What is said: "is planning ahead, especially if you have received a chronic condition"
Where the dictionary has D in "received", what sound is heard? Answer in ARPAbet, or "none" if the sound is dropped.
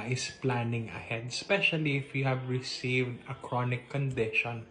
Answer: D